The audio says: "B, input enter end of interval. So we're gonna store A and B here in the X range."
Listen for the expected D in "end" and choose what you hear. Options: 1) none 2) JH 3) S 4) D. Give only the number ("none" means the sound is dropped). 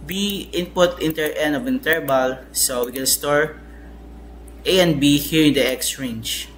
1